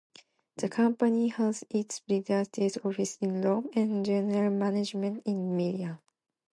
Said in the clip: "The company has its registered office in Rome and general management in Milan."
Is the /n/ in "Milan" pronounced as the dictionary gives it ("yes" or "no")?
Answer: no